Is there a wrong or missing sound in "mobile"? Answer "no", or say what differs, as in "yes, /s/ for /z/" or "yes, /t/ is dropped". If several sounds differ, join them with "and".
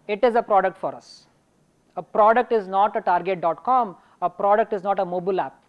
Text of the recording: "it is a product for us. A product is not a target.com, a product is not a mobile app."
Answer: no